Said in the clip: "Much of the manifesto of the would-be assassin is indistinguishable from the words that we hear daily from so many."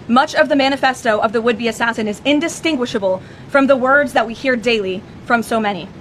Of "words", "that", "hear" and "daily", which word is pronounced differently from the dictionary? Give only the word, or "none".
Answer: none